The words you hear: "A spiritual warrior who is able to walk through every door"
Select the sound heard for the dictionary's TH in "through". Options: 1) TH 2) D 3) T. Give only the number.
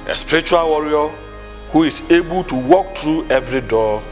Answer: 3